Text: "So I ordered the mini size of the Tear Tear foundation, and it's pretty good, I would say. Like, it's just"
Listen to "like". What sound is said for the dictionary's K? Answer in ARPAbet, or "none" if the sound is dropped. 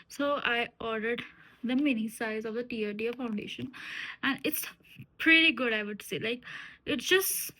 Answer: K